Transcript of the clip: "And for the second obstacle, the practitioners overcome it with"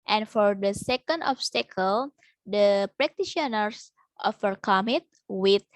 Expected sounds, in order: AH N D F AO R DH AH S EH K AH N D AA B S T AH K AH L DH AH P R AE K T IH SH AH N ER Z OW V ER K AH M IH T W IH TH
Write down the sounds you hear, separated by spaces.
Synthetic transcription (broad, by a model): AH N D F AO R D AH S EH K AH N D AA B S T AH K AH L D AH P R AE K T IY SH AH N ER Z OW F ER K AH M IH T W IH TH